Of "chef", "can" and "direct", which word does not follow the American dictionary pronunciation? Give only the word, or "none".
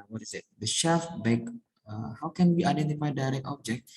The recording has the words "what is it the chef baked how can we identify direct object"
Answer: none